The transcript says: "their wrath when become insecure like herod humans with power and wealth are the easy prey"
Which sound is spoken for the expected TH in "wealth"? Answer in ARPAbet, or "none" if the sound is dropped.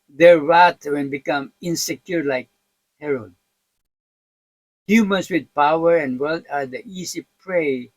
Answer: T